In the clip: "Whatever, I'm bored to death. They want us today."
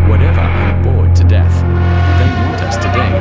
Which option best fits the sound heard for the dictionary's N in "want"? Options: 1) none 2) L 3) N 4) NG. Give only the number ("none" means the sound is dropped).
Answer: 1